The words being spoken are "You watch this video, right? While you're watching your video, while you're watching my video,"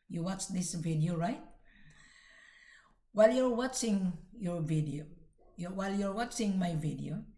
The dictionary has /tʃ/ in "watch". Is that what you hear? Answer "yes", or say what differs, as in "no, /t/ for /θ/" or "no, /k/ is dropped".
yes